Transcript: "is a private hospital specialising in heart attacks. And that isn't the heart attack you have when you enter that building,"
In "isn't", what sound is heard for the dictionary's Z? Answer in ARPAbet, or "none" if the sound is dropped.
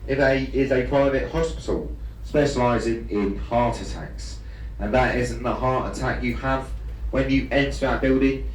Z